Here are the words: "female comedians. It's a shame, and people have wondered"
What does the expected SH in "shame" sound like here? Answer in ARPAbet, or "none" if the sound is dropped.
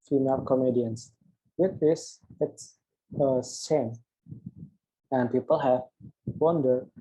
S